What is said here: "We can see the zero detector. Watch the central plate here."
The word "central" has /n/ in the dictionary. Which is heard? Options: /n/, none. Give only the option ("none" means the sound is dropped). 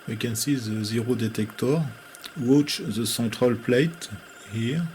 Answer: none